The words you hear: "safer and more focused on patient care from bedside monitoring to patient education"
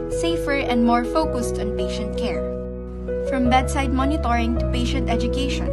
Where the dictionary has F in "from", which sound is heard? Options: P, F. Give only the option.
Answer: F